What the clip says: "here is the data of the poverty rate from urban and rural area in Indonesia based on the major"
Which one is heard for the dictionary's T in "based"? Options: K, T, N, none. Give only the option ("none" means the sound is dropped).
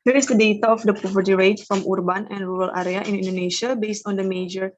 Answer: T